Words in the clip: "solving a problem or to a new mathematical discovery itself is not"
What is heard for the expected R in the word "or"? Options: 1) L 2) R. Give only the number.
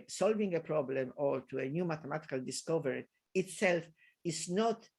1